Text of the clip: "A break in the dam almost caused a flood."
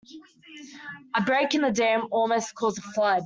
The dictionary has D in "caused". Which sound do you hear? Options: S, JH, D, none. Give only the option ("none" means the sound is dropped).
none